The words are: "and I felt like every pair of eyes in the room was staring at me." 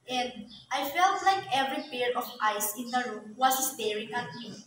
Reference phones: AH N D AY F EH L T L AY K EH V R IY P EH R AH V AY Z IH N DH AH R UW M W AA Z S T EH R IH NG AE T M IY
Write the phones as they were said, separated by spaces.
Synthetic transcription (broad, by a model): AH N D AY F EH L T L AY K EH V R IY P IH R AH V AY S IH N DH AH R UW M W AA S S T EH R IH NG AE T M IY